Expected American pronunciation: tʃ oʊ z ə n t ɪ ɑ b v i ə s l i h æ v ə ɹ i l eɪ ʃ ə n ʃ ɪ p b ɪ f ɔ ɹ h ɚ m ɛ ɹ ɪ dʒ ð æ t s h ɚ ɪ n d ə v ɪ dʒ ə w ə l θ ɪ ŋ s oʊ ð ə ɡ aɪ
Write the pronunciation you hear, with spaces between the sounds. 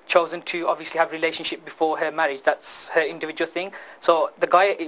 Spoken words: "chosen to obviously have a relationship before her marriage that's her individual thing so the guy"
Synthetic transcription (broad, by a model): tʃ oʊ z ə n t ɪ ɑ b v i ə s l i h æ v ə ɹ i l eɪ ʃ ə n ʃ ɪ p b ɪ f ɔ ɹ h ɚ m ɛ ɹ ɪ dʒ ð æ t s h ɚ ɪ n d ə v ɪ dʒ ə w ə l θ ɪ ŋ s oʊ ð ə ɡ aɪ